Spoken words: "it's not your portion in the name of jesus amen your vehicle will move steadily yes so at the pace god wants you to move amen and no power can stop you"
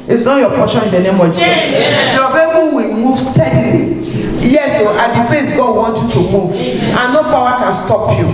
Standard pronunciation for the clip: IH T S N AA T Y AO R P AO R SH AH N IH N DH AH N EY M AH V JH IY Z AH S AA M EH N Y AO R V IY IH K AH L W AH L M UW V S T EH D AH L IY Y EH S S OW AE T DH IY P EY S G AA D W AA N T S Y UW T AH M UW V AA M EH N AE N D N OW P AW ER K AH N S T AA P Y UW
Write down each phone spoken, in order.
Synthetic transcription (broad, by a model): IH T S N AA T Y AO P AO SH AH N IH N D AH N EY M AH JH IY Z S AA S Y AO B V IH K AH W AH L M UW V S T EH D L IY Y EH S S OW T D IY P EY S G AA D W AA N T Y UW T AH M UW V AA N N N OW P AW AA K AH N S T AA P Y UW